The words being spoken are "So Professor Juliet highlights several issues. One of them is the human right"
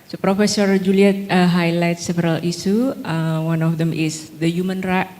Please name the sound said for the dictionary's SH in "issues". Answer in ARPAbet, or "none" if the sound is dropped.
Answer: S